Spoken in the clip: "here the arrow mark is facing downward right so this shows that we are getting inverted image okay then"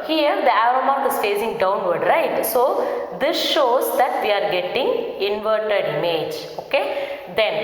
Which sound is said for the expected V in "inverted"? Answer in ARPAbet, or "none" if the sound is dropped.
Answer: V